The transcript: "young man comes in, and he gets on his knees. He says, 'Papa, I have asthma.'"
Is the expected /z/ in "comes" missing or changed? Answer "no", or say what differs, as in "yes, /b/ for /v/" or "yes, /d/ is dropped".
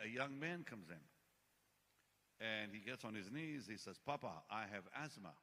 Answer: no